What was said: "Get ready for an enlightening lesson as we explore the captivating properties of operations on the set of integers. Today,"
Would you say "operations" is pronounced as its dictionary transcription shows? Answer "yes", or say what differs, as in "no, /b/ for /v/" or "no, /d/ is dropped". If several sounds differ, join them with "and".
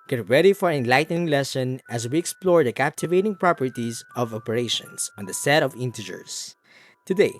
no, /s/ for /z/